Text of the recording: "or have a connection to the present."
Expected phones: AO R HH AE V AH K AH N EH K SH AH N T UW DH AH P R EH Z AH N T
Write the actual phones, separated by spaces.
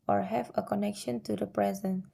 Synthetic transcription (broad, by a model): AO R HH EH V AH K AH N EH K SH AH N T UW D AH P R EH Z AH N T